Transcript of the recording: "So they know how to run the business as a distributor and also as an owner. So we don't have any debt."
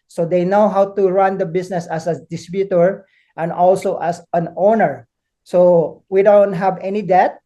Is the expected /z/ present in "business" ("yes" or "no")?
no